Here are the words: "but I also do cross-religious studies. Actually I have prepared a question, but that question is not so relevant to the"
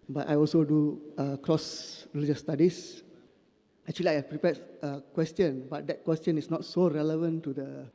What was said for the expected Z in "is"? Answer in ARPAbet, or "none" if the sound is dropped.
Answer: S